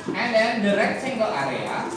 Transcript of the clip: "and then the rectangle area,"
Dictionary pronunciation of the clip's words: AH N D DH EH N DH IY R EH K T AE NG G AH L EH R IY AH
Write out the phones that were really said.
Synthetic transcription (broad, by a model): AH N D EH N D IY R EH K S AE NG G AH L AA R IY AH